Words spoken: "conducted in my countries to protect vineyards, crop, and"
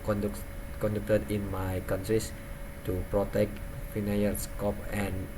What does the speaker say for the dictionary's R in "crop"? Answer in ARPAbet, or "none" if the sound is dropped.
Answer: none